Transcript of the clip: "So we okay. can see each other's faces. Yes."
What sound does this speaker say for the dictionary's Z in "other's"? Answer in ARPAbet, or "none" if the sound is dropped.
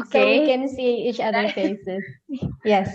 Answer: none